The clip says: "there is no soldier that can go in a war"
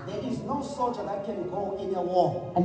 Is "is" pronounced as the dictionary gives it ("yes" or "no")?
yes